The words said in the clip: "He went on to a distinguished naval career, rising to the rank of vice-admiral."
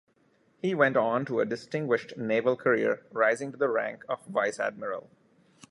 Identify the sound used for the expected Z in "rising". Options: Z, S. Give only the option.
Z